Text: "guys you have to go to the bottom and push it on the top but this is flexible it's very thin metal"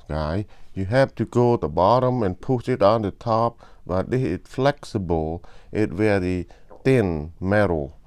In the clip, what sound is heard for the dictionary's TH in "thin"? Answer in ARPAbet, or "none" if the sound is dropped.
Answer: T